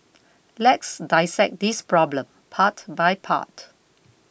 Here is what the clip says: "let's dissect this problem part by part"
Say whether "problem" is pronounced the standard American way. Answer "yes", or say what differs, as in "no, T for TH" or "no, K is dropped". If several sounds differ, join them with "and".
yes